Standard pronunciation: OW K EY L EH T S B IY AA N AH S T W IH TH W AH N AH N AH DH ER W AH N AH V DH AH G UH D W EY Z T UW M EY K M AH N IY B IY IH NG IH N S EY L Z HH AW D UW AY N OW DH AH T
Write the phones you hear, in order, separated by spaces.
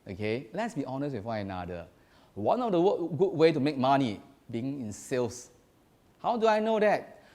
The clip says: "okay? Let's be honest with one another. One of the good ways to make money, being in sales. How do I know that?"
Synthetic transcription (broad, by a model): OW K EY L EH T S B IY AA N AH S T W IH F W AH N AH N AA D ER W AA N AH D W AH G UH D W EY T UW M EY K M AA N IY B IY IH NG IH N S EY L S HH AW D UW AY N OW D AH T